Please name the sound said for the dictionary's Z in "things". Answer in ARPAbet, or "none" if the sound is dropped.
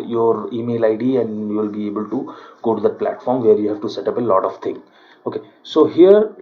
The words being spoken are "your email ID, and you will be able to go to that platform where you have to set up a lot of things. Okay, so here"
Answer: none